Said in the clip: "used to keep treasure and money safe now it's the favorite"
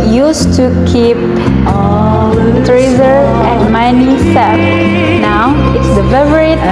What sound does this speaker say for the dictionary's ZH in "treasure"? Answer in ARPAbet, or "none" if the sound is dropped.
Z